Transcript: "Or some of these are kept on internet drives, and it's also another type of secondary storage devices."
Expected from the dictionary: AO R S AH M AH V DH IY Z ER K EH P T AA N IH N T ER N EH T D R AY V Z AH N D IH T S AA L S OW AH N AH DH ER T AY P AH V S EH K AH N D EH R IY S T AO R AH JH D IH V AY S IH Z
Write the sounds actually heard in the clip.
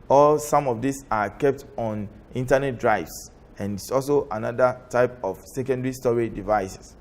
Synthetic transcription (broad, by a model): AO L S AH M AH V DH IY S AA K EH P T AA N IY N T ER N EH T D R AY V S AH N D IH T S AA L S OW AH N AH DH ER T AY P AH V S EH K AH N D R IY S T AO R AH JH D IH V AY S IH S